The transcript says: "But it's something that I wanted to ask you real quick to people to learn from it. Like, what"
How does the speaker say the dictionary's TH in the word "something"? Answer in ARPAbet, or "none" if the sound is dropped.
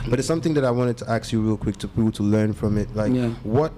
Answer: TH